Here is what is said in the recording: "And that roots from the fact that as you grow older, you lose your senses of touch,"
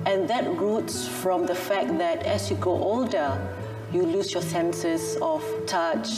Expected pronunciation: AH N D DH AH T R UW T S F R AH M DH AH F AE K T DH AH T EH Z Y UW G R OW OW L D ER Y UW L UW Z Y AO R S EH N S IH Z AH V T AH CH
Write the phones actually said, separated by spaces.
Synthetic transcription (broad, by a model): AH N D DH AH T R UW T S F R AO M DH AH F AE K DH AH T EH S Y UW G OW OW L D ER Y UW L UW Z Y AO S EH N S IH S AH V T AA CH